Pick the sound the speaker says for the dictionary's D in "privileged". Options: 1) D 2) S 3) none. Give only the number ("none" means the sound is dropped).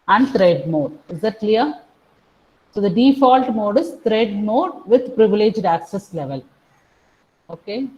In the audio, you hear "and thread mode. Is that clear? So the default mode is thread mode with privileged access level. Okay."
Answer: 1